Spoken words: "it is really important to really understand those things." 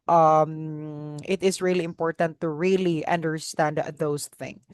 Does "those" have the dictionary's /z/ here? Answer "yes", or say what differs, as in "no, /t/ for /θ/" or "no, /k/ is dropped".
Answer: no, /s/ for /z/